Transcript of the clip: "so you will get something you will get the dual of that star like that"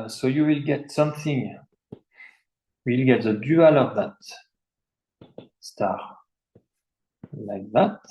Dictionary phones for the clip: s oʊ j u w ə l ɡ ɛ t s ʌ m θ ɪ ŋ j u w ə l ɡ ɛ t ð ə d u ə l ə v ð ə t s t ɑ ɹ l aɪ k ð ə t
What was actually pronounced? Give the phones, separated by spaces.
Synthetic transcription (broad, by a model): s oʊ j u w ə l ɡ ɛ t s ʌ m θ ɪ ŋ w ə l ɡ ɛ t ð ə d u ə l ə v ð ə t s t ɑ ɹ l aɪ k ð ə t